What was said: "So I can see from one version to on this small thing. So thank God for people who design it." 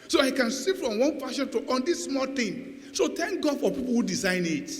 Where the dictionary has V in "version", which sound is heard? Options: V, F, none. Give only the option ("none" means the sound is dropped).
F